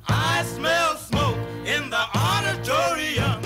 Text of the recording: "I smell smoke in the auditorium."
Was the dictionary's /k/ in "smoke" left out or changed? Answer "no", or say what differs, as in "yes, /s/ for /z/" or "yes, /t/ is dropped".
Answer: no